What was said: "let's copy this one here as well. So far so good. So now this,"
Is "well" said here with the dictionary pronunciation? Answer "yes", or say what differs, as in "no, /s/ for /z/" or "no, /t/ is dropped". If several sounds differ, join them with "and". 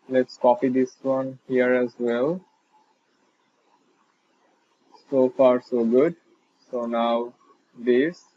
yes